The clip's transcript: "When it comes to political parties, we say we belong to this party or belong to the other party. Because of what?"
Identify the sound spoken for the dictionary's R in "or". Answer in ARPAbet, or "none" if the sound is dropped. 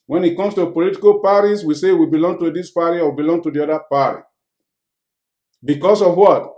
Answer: W